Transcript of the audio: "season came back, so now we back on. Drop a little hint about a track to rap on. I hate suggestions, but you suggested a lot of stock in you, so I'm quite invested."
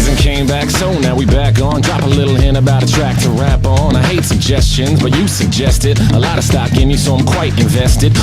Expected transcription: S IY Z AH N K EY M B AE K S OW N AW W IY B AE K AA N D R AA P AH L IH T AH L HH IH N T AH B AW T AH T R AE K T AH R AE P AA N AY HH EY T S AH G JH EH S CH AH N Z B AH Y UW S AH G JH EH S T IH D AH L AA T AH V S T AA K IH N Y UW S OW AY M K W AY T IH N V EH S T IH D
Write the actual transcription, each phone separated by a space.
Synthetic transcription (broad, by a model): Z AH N K EY M B AE K S OW N AW W IY B AE K N D R AA P AH L IH T L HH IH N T AH B AW T AH T R AE K T AH R AE P N AY HH EY T S AH G JH EH S CH AH N Z B AH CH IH S AH G JH EH S T IH D AH L AA T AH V S T AA K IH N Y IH S OW AY M K W AY T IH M V EH S T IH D